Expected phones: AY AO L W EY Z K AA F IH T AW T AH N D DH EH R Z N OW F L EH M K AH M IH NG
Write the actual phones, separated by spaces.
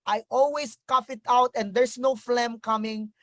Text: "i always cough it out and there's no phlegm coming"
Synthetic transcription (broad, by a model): AY AO L W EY S K AA F IH T AW T AH N D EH R S N OW F L EH M K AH M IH NG